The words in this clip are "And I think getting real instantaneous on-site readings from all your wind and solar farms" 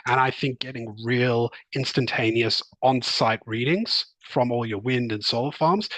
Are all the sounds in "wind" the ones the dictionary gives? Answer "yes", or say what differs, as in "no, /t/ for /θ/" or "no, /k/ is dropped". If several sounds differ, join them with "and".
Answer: yes